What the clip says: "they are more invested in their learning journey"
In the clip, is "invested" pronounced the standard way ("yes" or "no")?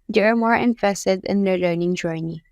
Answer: no